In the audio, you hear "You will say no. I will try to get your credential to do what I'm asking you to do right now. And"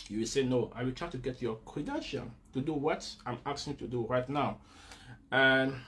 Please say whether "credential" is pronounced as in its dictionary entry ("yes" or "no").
no